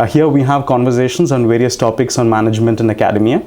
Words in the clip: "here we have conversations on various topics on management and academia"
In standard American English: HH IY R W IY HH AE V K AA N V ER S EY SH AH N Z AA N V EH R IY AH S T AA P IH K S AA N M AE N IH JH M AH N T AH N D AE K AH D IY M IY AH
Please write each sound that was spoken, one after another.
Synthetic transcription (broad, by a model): HH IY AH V IY HH AE V K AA N V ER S EY SH AH N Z AA N V EH R IY AH S T AA P IH K S AA N M AE N IH JH M AH N T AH N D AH K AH D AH M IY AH